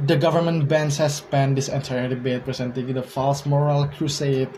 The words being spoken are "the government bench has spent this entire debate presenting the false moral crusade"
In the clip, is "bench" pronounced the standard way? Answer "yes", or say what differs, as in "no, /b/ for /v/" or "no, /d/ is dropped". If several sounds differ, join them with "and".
no, /s/ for /tʃ/